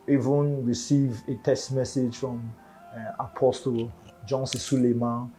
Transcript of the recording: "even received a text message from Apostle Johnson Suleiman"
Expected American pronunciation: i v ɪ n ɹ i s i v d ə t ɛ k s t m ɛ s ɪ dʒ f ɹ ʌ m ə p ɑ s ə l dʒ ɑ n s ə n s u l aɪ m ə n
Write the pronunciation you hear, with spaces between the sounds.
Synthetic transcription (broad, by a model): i v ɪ n ɹ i s i v ə t ɛ s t m ɛ s ɪ dʒ f ɹ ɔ m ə p ɑ s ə l dʒ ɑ n s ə s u l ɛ m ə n